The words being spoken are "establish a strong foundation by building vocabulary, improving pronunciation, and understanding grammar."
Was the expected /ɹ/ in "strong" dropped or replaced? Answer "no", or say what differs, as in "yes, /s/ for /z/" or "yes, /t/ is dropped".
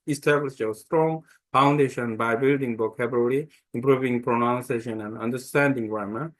no